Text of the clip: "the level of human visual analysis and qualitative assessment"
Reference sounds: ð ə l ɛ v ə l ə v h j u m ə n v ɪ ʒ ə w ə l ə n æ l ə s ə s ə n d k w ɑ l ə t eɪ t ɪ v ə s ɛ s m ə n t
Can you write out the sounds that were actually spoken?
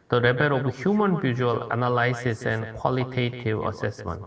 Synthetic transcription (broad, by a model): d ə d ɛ b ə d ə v h j u m ə n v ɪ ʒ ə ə l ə n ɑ l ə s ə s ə n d k w ɑ l ə t eɪ t ɪ v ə s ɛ s m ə n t